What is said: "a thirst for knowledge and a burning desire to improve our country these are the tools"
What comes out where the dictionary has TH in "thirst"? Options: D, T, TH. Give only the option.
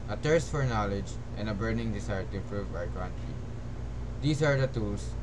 T